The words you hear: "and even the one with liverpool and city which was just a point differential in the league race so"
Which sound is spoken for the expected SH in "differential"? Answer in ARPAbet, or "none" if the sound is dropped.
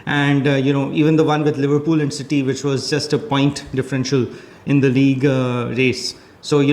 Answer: SH